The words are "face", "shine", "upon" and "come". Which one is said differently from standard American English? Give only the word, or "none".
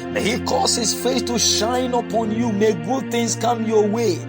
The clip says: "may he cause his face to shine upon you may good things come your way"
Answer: face